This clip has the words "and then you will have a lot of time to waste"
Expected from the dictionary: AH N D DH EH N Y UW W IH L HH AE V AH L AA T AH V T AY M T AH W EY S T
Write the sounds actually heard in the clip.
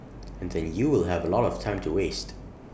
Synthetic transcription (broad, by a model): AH N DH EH N Y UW W IH L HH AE V AH L AA T AH V T AY M T AH W EY S T